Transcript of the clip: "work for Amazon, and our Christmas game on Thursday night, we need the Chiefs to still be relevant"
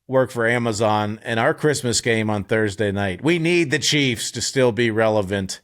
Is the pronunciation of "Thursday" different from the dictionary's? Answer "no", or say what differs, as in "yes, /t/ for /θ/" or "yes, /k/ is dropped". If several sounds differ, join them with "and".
no